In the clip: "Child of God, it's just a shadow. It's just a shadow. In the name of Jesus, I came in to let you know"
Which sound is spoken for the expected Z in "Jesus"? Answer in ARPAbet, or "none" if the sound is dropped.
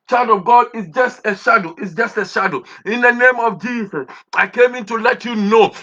S